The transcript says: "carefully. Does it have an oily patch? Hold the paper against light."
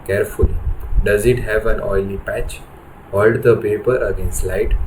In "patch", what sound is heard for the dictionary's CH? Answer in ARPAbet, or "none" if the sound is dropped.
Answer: CH